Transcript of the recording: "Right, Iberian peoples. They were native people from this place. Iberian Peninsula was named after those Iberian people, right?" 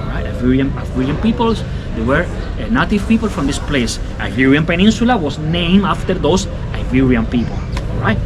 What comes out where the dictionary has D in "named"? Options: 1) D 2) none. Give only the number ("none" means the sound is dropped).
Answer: 2